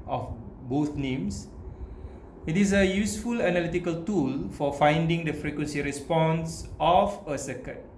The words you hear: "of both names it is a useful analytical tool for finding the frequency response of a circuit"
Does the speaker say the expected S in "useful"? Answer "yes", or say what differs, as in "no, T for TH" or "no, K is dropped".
yes